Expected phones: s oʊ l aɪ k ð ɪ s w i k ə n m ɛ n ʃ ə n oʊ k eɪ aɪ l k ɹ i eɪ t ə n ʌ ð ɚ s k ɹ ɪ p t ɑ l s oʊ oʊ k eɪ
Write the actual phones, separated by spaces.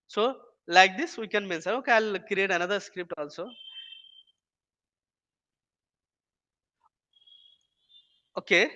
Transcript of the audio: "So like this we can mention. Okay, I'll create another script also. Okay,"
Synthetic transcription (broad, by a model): s oʊ l aɪ k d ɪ s w i k ə n m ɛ n s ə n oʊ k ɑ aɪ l k ɹ i eɪ t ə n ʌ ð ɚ s k ɹ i p t ɑ l s oʊ oʊ k eɪ